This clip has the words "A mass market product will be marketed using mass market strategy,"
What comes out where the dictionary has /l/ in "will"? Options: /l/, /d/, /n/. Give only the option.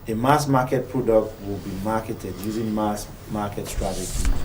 /l/